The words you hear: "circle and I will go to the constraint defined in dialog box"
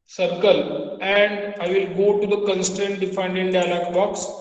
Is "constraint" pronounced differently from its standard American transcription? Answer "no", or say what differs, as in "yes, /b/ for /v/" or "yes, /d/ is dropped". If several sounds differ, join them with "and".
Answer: yes, /ɹ/ is dropped